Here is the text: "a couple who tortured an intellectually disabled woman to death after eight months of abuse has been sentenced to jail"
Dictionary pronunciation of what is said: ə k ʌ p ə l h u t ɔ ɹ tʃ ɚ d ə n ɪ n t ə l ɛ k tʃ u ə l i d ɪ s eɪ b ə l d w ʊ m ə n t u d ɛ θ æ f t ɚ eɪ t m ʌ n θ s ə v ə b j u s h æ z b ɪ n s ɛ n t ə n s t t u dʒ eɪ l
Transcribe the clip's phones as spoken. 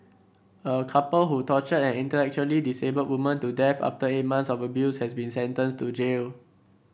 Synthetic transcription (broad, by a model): ə k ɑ p ə l h u t ɔ tʃ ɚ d ə n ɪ n t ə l ɛ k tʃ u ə l i d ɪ s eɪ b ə d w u m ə n t u d ɛ f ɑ f t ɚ eɪ t m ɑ n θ s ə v ə b j u s h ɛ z b ɪ n s ɛ n t ə n s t t u dʒ eɪ l